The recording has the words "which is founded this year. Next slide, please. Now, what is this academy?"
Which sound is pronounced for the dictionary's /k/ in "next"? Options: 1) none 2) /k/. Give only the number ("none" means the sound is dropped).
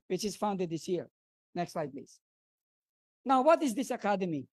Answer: 2